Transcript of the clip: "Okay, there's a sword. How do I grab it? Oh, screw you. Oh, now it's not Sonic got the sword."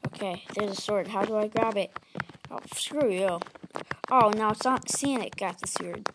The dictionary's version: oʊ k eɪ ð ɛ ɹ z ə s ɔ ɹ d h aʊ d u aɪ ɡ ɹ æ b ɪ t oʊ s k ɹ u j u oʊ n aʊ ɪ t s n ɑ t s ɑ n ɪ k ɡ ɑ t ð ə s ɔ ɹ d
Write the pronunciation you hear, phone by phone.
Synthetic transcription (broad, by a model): oʊ k eɪ ð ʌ ɹ z ə s ɔ ɹ d h aʊ d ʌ aɪ ɡ ɹ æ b ɪ t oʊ s k ɹ u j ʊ oʊ n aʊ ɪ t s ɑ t s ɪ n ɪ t ɡ ɑ t ð ə s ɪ ɹ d